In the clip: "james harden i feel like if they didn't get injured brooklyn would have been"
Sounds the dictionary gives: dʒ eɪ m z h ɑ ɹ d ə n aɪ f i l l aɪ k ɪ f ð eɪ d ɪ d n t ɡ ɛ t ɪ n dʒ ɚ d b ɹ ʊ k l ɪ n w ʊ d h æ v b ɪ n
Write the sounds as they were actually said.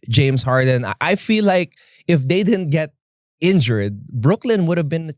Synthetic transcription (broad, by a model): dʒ eɪ m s h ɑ ɹ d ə n aɪ f i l l aɪ k ɪ f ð eɪ d ɪ d n t ɡ ɛ t ɪ n dʒ ɚ d b ɹ ʊ k l ɪ n w ʊ d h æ v b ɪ n